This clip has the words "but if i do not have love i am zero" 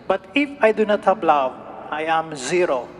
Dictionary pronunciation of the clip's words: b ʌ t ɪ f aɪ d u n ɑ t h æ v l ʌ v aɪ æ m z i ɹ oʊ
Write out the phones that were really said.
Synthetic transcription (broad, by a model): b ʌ t ɪ f aɪ d u n ɑ t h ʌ p l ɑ w aɪ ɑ m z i ɹ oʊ